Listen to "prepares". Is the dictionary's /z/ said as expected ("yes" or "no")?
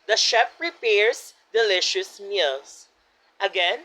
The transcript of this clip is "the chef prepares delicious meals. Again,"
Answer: no